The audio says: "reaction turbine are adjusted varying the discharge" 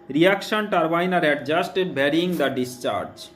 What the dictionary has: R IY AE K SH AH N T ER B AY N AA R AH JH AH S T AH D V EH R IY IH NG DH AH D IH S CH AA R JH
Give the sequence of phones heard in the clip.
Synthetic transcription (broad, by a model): R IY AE K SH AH N T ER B AY N AA R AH JH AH S T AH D B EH R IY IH NG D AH D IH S CH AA R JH